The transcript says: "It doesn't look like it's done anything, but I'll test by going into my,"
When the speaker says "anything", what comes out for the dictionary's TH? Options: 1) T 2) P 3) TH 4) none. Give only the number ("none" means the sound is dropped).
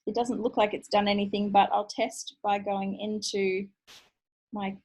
3